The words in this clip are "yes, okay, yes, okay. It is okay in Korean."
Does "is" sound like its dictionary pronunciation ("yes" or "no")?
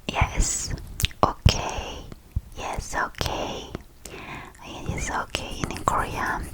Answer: no